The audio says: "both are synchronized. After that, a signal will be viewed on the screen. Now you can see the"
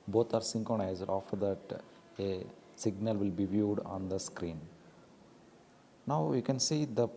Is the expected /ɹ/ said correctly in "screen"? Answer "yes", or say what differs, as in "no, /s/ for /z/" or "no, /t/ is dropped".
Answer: yes